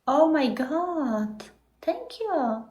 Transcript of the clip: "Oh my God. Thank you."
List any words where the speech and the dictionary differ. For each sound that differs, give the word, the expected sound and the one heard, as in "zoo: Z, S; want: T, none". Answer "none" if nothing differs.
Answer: thank: TH, T